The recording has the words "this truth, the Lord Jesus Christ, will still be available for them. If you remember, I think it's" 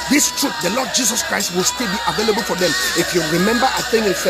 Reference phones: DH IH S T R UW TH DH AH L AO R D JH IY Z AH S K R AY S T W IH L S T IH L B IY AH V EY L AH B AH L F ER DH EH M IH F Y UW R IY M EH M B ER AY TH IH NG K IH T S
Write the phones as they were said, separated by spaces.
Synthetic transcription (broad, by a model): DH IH S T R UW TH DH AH L AO D JH IY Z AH S K R AY S T W IH L S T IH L B IY AH V EY L AH B AH L F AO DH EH M IH F Y UW R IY M EH M B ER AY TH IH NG IH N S